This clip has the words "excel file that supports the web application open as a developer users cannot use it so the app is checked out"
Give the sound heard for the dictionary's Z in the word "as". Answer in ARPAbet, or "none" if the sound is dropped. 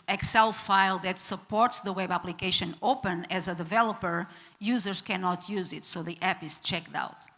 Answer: Z